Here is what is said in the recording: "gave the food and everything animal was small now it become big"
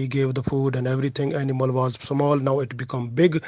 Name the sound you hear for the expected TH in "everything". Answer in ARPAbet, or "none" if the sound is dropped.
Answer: T